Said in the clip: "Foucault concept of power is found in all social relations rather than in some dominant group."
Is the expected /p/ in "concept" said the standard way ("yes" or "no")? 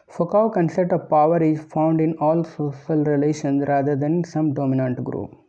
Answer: no